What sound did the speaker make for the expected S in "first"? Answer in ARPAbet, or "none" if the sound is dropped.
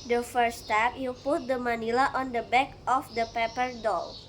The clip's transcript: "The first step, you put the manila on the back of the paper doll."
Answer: none